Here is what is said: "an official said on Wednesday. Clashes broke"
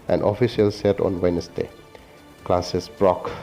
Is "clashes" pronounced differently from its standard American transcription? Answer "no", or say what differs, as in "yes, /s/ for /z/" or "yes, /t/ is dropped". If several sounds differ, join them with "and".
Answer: yes, /s/ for /ʃ/ and /s/ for /z/